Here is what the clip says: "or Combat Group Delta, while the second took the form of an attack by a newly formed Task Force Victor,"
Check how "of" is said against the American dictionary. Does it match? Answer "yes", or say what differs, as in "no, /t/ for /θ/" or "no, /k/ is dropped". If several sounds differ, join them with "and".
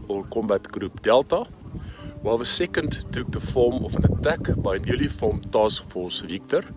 no, /f/ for /v/